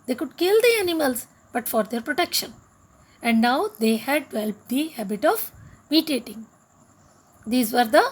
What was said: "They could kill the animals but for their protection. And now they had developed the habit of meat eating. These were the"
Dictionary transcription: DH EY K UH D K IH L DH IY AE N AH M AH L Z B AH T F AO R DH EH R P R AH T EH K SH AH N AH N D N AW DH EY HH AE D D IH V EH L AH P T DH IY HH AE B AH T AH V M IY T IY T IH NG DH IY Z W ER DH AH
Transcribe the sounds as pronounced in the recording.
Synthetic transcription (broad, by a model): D EY K UH D K IH L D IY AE N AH M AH L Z B AH T F AO R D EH R P R AH T EH K SH AH N AH N D N AW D EY HH AE D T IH EH L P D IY HH AE B AH T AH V M IY T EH T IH NG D IY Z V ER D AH